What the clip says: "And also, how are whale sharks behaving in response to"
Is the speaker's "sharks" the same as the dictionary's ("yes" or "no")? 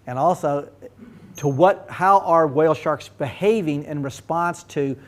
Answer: yes